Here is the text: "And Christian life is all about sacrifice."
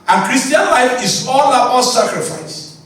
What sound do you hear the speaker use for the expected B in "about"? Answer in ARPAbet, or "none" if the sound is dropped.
none